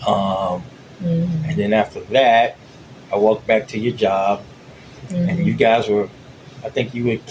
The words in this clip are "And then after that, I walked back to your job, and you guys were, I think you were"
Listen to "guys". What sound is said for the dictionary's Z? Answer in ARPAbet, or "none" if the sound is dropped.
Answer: Z